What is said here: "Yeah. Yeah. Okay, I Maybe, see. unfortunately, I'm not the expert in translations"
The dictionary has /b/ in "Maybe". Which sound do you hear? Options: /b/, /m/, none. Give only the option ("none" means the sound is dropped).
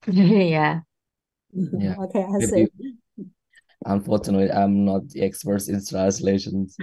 none